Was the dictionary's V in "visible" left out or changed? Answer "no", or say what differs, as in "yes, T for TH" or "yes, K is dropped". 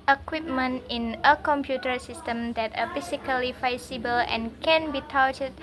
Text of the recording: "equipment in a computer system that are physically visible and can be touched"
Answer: yes, F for V